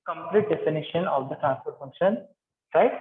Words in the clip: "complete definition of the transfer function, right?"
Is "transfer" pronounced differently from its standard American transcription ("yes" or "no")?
yes